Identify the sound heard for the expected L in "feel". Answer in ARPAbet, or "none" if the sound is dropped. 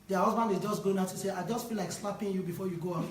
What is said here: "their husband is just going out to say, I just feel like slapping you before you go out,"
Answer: N